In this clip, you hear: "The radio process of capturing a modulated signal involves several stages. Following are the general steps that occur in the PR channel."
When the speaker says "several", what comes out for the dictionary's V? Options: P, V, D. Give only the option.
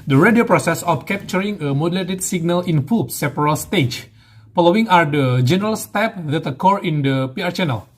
P